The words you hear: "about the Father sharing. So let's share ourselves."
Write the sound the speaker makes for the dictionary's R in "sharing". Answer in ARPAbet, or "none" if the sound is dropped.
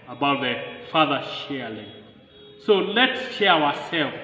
L